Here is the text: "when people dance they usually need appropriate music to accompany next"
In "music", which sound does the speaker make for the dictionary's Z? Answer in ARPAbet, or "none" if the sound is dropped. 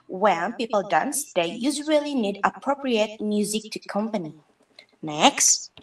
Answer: Z